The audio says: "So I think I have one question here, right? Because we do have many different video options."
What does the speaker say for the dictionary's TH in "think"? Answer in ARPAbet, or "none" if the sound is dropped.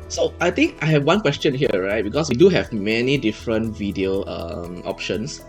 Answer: T